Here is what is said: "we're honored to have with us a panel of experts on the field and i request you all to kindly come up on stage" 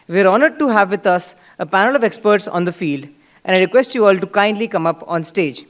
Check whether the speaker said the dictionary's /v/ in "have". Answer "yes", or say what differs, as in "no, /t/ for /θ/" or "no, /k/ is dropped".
yes